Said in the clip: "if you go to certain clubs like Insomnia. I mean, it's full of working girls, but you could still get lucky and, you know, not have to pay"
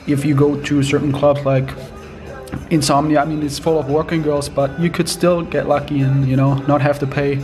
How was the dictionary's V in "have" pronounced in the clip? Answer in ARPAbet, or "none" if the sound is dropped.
F